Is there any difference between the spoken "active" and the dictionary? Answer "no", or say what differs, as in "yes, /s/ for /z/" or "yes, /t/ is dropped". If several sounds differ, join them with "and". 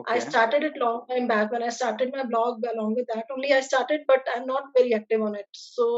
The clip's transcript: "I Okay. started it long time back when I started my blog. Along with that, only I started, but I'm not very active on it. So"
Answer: no